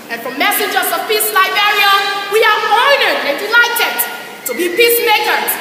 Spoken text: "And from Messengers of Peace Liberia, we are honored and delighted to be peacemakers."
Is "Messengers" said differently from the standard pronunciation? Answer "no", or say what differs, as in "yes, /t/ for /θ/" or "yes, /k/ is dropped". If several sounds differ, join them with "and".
yes, /n/ is dropped